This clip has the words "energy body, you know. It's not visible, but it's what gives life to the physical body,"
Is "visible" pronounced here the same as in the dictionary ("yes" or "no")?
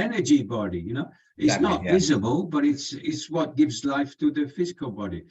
yes